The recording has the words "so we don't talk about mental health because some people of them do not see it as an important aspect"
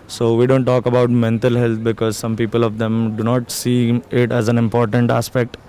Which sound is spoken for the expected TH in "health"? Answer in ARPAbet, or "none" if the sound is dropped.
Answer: T